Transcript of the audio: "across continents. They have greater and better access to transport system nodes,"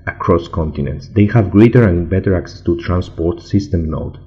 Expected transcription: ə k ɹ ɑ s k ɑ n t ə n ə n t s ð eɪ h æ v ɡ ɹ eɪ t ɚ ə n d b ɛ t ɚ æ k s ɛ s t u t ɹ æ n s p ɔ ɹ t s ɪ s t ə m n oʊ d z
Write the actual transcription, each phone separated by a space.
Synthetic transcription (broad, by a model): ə k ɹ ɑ s k ɑ n t ə n ə n t s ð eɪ h æ v ɡ ɹ eɪ t ɚ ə n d b ɛ t ɚ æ k s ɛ s t u t ɹ æ n s p ɔ ɹ t s ɪ s t ə m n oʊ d